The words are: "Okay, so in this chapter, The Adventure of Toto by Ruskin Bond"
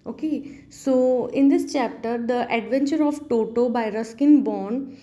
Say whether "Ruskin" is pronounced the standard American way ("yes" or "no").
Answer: yes